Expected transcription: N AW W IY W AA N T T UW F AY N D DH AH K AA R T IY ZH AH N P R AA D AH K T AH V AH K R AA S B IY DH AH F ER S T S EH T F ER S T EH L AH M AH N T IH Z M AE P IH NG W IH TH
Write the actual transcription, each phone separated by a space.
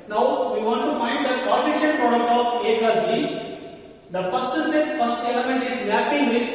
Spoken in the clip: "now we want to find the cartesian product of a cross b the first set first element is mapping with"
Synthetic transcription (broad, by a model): N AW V IY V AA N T T UW F AY N D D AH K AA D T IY SH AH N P R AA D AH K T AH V AH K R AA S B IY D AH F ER S T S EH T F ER S T EH L AH M AH N T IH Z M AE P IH NG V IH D